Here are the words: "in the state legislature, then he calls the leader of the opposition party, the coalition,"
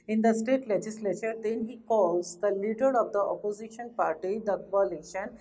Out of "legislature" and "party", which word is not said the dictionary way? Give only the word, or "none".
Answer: none